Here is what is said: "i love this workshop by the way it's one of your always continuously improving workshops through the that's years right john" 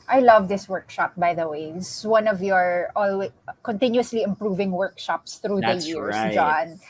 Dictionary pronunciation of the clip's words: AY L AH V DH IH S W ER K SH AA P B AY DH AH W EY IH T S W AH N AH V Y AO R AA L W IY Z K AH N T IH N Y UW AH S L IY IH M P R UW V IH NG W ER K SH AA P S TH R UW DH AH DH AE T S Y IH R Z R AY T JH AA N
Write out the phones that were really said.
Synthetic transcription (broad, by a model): AY L AH V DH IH S W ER K SH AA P B AY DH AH W EY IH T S W AH N AH V Y AO R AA L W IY K AH N T IH N Y UW AH S L IY IH M P R UW V IH NG W ER K SH AA P S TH R UW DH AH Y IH R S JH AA N